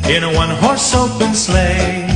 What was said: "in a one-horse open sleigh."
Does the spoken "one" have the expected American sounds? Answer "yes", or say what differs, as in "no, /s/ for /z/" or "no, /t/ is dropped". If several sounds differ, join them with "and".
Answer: yes